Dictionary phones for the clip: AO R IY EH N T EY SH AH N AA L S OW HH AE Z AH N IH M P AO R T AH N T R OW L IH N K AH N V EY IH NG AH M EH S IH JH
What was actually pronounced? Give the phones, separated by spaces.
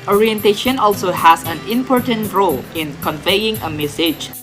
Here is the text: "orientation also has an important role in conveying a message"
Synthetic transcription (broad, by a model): AO R IY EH N T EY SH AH N AA L S OW HH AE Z AH N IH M P AO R T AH N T R OW L IH N K AH N V EY IH NG AH M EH S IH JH